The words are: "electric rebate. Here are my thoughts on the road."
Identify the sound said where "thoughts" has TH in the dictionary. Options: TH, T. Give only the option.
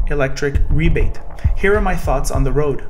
TH